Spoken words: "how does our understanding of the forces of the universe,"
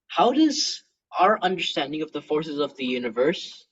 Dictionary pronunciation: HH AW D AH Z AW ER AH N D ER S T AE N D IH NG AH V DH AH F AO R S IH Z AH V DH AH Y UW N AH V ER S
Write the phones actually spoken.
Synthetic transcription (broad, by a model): HH AW D AH Z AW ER AH N D ER S T AE N D IH NG AH V DH AH F AO R S IH Z AH V DH AH Y UW N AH V ER S